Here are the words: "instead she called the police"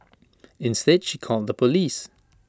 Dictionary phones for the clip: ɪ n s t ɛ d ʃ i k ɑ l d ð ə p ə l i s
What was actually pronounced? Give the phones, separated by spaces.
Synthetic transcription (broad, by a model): ɪ n s t ɛ d ʃ i k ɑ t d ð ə p ə l i s